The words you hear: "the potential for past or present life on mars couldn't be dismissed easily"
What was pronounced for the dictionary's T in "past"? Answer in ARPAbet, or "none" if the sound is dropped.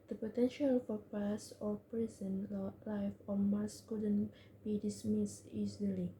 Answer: none